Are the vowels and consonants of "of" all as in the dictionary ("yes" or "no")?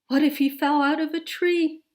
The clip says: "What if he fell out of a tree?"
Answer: yes